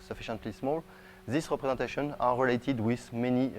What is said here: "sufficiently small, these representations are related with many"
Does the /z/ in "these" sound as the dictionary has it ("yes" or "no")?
no